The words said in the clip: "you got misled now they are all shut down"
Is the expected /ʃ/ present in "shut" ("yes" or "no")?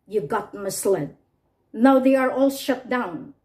yes